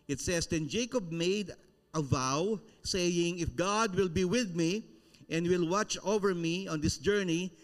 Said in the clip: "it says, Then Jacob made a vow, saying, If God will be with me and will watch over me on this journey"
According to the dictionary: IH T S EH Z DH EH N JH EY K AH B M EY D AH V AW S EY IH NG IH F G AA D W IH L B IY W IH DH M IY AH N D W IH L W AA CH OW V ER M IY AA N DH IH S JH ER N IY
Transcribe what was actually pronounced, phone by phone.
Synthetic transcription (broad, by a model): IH T S EH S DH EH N JH EY K AH B M EY D AH V AW S EY IH NG IH F G AA D W IH L B IY W IH DH M IY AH N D W IH L W AA CH OW V ER M IY AA N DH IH S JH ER N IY